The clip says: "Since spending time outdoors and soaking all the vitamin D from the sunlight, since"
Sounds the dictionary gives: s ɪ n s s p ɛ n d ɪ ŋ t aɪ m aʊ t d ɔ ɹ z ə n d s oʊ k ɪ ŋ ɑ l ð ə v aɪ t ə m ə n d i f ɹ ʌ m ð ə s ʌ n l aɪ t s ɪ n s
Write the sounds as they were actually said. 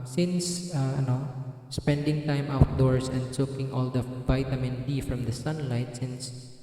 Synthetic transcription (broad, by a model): s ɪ n s s p ɛ n d ɪ ŋ t aɪ m aʊ t d ɔ ɹ s ə n d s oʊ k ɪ ŋ ɑ l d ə v aɪ t ə m ə n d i f ɹ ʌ m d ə s ʌ n l aɪ t s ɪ n s